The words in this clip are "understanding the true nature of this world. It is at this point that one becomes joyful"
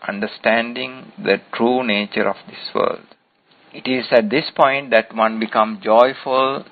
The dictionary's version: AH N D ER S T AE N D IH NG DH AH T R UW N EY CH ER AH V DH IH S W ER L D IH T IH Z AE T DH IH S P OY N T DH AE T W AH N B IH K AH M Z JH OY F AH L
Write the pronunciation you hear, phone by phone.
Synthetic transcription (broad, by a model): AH N D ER S T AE N D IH NG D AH T R UW N EY CH ER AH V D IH S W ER L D IH T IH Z AE T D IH S P OY N T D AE T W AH N B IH K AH M JH OY F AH L